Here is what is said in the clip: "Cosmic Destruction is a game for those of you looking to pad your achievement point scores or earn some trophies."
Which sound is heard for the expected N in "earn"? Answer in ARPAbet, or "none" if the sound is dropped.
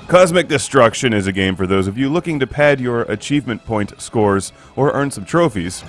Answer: N